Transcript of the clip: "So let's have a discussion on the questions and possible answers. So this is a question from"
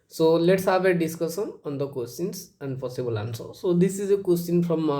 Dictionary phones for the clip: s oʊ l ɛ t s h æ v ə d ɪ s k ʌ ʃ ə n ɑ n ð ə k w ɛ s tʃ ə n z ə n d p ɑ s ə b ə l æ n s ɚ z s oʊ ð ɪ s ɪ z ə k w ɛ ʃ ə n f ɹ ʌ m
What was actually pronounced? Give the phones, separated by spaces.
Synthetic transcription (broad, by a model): s oʊ l ɛ t s h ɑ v ə d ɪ s k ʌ s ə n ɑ n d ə k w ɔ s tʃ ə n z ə n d p ɑ s ə b ə l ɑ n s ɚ s oʊ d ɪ s ɪ z ə k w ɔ s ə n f ɹ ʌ m